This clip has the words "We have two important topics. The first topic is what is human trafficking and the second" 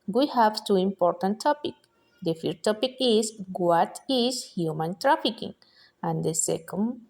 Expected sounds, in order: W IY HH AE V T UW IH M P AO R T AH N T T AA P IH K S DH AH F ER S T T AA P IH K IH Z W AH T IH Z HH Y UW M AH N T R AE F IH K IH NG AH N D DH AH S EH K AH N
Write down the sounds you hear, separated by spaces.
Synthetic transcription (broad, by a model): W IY HH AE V T UW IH M P AO R T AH N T T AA P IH K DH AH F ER T T AA P IH K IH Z W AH T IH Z HH Y UW M AH N T R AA F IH K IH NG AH N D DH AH S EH K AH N